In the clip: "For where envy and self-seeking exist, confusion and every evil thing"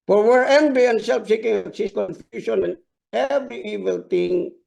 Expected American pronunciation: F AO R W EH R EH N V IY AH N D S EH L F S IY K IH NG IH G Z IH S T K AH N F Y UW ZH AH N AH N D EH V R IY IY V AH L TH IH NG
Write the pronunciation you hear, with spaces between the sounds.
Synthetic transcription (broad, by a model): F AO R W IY R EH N B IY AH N S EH L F S IY K IH NG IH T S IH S K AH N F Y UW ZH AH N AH N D EH V R IY IY V AH L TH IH NG